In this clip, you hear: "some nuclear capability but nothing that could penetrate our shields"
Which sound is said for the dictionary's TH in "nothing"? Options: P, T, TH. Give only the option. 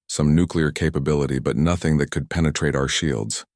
TH